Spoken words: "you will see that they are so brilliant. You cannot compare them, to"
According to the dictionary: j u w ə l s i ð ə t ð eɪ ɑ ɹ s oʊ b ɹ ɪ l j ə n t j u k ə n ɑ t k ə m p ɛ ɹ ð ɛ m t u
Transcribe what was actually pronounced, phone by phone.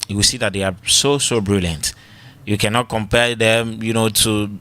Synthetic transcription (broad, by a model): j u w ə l s i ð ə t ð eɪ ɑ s s oʊ b ɹ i l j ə n t j u k ə n ɑ t k ə m p ɛ ɹ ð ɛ m t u